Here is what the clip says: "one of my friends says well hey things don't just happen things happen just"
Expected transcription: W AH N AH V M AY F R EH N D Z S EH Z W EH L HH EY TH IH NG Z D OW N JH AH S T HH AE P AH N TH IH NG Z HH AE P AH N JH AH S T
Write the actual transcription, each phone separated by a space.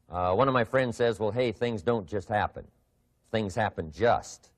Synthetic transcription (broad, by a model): W AH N AH V M AY F R EH N D Z S EH Z W EH L HH EY TH IH NG Z D OW N JH AH S T HH AE P AH N TH IH NG Z HH AE P AH N JH AH S T